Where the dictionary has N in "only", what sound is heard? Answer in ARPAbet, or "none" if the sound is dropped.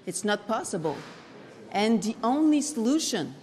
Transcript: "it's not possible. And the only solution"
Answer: N